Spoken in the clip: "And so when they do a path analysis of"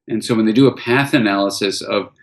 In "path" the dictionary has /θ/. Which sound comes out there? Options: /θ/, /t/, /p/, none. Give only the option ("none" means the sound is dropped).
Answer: /θ/